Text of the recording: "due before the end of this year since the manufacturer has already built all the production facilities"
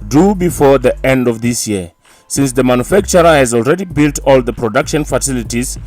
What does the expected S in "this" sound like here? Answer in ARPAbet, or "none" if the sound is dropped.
S